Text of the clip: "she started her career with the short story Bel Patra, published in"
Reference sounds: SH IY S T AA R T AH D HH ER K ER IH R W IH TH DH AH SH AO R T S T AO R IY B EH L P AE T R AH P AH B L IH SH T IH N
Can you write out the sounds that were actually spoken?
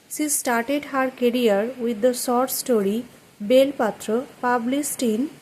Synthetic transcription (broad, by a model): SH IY S T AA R T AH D HH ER K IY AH R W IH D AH S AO R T S T AO R IY B EH L P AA T R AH P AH B L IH S T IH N